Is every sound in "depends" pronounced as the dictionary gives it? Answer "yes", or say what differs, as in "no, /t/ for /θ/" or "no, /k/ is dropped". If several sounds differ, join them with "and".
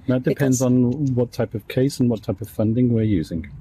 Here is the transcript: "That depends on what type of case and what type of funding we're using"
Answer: yes